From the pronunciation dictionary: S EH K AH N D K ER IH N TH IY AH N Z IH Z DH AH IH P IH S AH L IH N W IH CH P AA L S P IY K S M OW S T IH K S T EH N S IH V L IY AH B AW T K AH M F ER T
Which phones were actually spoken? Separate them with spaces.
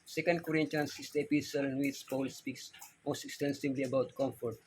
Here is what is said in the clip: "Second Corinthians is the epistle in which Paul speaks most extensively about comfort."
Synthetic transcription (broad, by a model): S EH K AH N D K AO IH N T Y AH N S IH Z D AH P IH S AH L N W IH S P AA L S P IY K S M OW S T IH K S T EH N S IH V L IY AH B AW T K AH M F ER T